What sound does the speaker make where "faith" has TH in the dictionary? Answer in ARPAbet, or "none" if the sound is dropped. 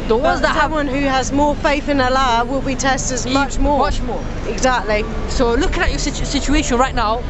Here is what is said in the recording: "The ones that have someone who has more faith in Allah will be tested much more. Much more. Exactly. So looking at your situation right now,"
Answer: TH